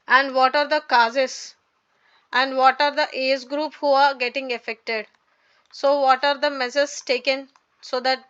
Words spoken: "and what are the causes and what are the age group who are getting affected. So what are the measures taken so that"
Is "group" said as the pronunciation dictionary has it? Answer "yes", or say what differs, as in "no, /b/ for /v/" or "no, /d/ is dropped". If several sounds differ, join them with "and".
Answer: yes